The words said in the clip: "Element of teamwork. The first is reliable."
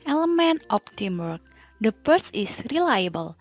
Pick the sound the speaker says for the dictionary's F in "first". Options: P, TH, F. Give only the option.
P